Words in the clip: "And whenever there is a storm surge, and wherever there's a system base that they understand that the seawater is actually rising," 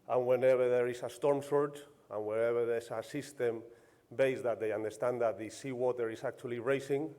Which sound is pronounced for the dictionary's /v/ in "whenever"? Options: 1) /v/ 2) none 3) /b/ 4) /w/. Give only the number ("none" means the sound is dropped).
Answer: 3